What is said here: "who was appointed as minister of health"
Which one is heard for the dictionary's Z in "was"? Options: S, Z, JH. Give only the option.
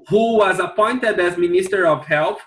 Z